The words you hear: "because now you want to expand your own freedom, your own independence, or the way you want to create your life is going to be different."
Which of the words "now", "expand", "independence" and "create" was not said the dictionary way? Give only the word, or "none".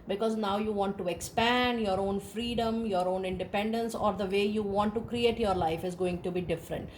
none